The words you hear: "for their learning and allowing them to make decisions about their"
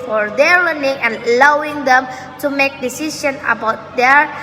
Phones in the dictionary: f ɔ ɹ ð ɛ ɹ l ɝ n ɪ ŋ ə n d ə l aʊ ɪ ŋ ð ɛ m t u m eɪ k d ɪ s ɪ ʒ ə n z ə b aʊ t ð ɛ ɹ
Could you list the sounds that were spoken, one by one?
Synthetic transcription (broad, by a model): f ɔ ɹ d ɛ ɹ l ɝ n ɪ ŋ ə n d ə l aʊ ɪ ŋ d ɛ m t u m eɪ k d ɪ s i ʃ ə n ə b aʊ t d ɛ ɹ